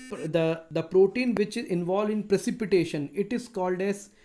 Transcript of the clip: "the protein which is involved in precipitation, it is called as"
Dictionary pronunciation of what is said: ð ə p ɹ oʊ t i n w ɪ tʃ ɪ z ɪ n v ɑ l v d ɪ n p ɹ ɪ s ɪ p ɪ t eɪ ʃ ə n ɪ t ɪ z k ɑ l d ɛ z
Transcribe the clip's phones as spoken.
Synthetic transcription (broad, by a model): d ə p ɹ oʊ t i n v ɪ tʃ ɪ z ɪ n v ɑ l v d ɪ n p ɹ ɪ s ɪ p ɪ t eɪ ʃ ə n ɪ t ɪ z k ɑ l d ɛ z